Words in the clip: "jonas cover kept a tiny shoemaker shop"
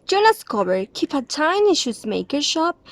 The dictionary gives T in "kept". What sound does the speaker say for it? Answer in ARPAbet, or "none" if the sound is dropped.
none